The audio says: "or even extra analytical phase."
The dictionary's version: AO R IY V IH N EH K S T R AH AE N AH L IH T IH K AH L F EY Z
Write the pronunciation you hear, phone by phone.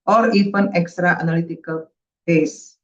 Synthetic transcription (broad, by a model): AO R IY F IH N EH K S T R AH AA N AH L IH T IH K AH L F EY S